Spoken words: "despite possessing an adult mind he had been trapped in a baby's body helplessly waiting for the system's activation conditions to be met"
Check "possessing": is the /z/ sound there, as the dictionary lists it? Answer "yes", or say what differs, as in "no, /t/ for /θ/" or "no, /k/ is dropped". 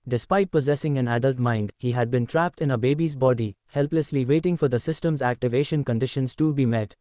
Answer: yes